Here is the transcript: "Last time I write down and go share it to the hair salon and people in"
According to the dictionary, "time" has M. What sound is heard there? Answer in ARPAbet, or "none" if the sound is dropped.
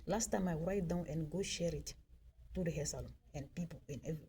M